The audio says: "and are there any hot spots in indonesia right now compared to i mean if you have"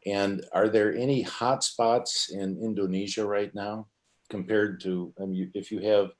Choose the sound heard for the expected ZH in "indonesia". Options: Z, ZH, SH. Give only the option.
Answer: ZH